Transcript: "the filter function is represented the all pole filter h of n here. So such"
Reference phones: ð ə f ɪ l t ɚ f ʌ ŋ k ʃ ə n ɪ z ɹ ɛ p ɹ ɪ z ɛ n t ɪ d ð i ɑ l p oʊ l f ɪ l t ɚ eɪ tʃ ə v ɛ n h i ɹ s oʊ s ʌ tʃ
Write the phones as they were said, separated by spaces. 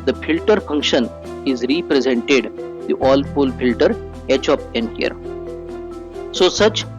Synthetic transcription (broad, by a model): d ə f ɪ l t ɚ f ʌ ŋ k ʃ ə n ɪ z ɹ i p ɹ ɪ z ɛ n t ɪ d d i ɑ l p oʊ l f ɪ l t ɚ eɪ tʃ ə p ɛ n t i ɹ s oʊ s ʌ tʃ